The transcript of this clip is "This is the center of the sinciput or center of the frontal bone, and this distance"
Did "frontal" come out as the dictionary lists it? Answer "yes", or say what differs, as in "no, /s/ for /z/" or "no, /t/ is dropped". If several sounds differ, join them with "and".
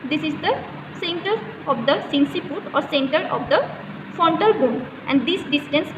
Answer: no, /ɹ/ is dropped